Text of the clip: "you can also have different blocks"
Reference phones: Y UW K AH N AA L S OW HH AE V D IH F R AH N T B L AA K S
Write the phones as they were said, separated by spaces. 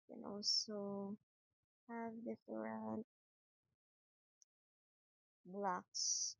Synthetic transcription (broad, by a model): K AH N AA L S OW HH AE V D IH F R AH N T B L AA K S